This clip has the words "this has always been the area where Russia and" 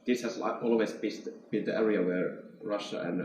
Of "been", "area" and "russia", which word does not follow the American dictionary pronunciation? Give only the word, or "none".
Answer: none